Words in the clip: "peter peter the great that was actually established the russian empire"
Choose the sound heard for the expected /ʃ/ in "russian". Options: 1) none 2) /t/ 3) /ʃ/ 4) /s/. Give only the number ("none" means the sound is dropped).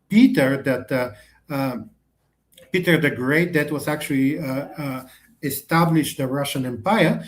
3